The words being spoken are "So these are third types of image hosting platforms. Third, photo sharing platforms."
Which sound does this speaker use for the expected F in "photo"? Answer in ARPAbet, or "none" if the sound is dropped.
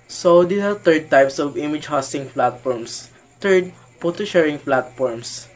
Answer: P